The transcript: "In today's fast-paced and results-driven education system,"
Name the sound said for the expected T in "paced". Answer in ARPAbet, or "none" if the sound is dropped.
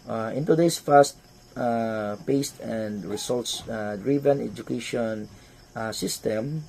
T